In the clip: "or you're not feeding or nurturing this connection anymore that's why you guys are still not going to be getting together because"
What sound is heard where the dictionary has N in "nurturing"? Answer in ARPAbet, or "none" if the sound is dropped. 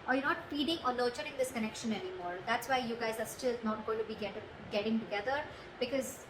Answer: L